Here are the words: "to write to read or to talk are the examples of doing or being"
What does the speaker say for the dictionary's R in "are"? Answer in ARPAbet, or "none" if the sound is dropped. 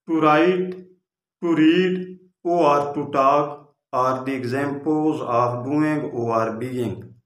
R